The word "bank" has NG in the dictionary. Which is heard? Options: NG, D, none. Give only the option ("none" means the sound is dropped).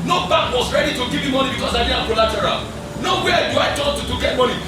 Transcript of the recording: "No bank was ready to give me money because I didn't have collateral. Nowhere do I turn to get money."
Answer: none